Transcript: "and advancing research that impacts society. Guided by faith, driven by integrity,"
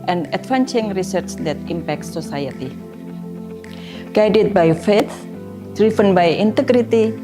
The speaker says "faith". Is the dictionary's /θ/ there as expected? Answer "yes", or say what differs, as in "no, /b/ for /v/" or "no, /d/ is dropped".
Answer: no, /t/ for /θ/